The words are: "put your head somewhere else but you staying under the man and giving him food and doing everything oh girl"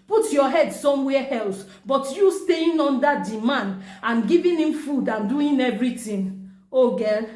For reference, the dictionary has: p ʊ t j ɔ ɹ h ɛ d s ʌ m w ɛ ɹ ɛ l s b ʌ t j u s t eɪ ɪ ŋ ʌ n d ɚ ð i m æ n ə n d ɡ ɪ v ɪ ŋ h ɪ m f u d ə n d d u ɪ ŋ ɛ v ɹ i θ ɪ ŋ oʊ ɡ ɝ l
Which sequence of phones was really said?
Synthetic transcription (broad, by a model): p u t j ɔ h ɛ d s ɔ m w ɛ ɛ l s b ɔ t j u s t eɪ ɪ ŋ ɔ n d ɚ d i m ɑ n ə n ɡ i v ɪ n h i m f u d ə n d d u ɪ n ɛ v ɹ i t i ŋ oʊ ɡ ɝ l